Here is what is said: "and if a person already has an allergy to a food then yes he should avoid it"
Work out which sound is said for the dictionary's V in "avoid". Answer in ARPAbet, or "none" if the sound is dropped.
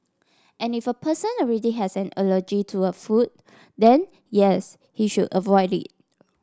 V